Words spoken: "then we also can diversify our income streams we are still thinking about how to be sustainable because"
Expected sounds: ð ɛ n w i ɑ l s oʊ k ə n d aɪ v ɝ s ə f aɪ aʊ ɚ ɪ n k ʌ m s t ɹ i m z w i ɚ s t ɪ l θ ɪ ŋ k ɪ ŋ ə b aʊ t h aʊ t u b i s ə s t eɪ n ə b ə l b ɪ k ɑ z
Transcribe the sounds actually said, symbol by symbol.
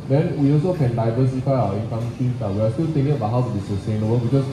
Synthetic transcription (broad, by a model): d ɛ n w i ɑ l s oʊ k ə n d aɪ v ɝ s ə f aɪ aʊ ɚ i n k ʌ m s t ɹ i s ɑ w i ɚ s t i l t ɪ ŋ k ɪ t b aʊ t h aʊ t u b i s ə s t eɪ n ə b ə l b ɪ k ɑ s